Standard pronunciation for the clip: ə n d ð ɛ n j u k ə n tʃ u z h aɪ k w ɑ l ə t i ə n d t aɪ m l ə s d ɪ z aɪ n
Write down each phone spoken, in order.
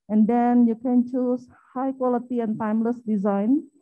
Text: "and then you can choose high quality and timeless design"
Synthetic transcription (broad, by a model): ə n d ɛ n j u k ə n tʃ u s h aɪ k w ɑ l ə t i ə n t aɪ m l ə s d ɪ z aɪ n